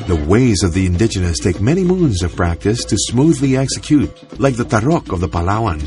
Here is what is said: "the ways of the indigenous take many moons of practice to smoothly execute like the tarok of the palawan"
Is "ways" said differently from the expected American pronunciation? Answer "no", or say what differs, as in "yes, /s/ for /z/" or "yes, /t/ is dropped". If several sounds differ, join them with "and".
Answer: no